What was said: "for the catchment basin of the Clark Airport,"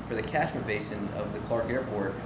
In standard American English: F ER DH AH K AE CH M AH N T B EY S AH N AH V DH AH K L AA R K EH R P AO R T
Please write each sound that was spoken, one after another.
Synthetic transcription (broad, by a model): F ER DH AH K AE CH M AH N B EY S AH N AH V DH AH K L AA R K EH R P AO R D